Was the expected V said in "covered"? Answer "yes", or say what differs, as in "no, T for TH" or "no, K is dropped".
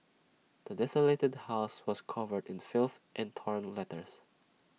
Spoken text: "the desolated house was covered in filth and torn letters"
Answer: yes